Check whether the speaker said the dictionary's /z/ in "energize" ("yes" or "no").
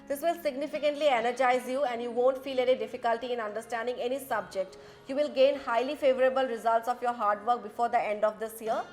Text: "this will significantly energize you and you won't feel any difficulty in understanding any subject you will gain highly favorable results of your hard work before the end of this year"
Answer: yes